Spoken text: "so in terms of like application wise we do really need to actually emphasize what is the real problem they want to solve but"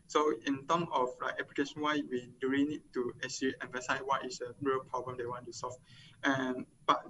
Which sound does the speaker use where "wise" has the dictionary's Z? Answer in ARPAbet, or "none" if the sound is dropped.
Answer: none